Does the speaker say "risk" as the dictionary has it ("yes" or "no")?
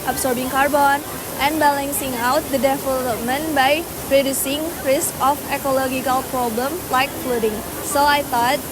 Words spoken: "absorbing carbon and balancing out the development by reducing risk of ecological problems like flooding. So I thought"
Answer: yes